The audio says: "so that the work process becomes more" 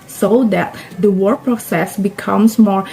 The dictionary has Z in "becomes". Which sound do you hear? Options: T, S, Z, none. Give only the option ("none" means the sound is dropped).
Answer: S